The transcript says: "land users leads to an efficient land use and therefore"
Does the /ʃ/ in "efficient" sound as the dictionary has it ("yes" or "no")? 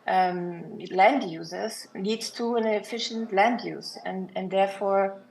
yes